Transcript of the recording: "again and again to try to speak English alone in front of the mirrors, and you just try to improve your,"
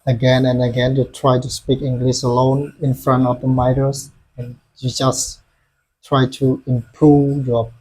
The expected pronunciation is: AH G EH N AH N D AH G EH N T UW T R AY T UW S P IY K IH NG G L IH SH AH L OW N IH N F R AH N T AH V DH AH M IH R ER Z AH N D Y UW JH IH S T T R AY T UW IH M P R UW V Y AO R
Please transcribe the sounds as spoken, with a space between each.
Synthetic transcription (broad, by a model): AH G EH N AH N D AH G EH N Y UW T R AY T UW S P IY K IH NG G L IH S AH L OW N IH N F R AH N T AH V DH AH M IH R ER S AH N Y UW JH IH S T T R AY T UW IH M P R UW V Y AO